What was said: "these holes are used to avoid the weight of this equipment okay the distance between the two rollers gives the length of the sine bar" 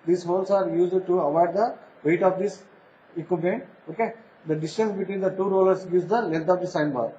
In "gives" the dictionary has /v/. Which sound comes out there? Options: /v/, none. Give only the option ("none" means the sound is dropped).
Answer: none